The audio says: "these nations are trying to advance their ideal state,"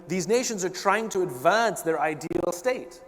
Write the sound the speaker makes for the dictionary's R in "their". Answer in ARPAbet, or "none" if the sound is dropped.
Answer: R